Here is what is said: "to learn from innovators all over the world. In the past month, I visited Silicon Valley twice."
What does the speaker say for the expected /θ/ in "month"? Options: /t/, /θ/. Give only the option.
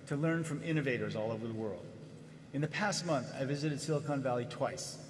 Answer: /θ/